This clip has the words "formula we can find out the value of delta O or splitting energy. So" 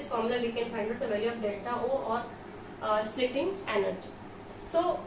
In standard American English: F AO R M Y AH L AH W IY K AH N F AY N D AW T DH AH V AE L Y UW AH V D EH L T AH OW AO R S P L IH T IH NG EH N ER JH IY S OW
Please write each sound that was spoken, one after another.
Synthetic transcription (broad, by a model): F AO R M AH L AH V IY K AH N F AY N D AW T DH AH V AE L Y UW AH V D EH T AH OW AO R S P L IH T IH NG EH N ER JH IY S OW